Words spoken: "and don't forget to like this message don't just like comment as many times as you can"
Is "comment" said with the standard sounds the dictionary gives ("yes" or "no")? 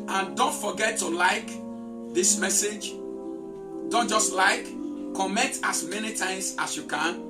no